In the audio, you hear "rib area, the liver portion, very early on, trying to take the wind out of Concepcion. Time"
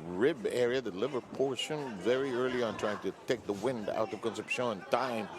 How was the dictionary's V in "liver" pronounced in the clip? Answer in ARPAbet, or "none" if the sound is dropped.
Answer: V